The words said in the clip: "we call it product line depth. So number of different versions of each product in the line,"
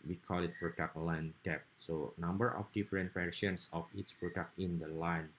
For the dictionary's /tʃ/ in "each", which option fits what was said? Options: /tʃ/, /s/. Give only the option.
/s/